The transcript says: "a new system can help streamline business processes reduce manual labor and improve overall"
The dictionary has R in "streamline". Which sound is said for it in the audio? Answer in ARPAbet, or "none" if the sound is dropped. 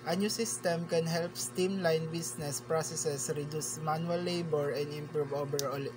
none